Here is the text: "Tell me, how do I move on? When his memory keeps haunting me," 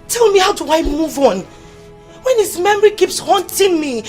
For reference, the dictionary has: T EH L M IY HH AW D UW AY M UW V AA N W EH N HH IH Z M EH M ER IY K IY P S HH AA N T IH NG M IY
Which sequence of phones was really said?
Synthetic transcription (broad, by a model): T EH L M IY HH AW D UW AY M UW V AA N W EH N HH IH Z M EH M ER IY K IY P S HH AA N T IH NG M IY